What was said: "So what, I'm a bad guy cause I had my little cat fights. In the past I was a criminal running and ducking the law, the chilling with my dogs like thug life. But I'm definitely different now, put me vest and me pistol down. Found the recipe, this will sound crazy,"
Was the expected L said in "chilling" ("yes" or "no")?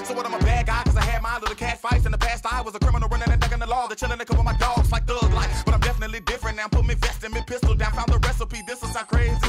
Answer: no